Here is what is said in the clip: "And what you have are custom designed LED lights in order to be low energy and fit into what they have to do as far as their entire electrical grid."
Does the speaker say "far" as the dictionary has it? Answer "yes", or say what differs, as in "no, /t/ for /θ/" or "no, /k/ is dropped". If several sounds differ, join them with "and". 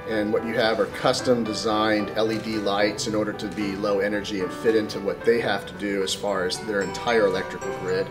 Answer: yes